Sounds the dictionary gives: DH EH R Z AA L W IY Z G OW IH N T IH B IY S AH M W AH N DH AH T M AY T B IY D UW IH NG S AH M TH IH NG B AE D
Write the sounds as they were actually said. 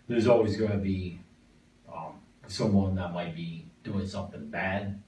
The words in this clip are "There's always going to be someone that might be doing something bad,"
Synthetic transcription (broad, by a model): DH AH R Z AA L W IY Z G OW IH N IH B IY S AH M W AH N DH AH T M AY T B IY D UW IH NG S AH M TH IH NG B AE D